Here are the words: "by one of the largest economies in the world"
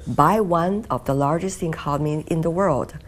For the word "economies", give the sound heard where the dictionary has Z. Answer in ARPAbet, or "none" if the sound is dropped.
none